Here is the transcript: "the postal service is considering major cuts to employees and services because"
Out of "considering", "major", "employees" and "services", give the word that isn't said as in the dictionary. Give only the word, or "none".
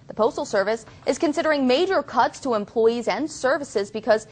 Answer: none